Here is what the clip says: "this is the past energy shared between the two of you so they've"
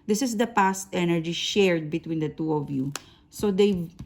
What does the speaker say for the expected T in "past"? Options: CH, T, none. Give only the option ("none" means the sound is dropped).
T